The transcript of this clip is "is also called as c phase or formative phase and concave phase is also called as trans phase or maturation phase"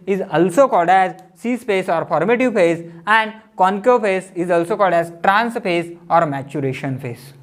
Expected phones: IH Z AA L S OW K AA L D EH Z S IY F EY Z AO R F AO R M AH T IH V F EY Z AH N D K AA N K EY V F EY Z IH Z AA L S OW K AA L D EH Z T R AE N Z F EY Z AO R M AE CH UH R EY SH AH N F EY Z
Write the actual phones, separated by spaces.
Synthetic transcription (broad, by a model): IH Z AA L S OW K AA L D EH Z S IY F EY S AO R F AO R M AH T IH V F EY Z AH N D K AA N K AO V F EY S IH Z AA L S OW K AA L D EH Z T R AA N S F EY S AO R M AE CH UH R EY SH AH N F EY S